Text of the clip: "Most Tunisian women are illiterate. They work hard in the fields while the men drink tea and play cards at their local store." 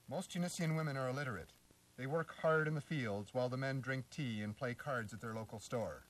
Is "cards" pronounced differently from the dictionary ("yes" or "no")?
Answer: no